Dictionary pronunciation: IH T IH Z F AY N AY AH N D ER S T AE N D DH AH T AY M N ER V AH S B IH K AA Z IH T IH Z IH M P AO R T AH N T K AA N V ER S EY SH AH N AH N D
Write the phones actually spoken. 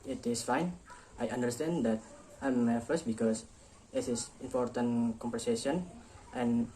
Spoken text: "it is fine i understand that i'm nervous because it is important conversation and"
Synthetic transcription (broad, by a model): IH T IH S F AY N AY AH N D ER S T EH N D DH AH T AY M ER F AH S B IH K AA S IH T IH S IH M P AO R T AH N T K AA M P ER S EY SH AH N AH N